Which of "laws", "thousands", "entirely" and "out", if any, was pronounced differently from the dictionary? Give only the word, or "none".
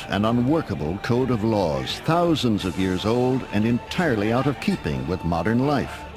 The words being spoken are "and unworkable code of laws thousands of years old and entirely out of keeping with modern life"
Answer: none